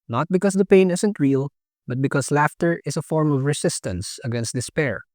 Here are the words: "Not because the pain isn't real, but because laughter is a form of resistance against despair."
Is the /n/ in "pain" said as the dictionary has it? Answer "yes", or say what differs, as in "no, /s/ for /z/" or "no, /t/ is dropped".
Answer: yes